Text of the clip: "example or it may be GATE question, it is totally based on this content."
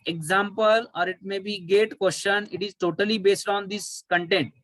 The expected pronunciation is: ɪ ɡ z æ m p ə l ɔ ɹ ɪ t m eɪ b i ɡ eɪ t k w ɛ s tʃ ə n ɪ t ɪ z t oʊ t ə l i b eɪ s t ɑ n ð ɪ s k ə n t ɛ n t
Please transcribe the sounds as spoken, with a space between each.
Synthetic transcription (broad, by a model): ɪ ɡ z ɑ m p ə l ɔ ɹ ɪ t m eɪ b i ɡ eɪ t k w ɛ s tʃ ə n ɪ t ɪ z t oʊ t ə l i b eɪ s t ɑ n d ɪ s k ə n t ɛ n t